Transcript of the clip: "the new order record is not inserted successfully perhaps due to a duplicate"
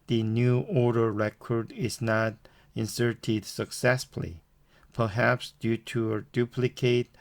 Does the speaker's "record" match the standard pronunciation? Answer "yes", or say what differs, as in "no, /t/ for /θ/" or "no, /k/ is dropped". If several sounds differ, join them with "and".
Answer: yes